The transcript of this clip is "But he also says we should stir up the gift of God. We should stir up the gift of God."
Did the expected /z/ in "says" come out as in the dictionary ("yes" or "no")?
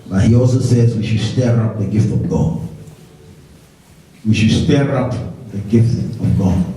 yes